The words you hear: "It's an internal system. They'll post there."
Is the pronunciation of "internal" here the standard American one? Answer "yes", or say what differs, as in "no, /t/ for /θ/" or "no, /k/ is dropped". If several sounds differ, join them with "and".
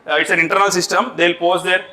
yes